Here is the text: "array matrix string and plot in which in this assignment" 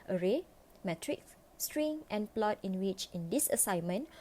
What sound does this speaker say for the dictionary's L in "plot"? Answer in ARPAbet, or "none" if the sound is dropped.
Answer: L